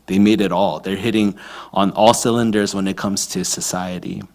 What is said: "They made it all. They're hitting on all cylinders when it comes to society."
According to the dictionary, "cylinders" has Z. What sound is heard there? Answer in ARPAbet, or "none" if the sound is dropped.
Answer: Z